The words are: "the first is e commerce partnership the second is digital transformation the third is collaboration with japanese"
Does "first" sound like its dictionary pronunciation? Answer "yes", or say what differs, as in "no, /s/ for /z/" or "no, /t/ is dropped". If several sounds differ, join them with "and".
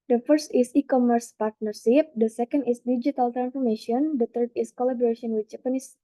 yes